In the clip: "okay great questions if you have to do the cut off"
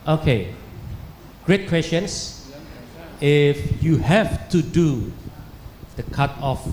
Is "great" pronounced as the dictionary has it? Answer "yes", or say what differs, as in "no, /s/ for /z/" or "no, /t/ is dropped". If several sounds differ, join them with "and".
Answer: yes